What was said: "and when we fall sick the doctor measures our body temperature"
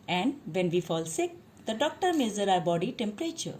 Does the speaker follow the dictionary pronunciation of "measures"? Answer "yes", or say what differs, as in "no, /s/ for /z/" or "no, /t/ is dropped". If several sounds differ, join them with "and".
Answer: no, /z/ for /ʒ/ and /z/ is dropped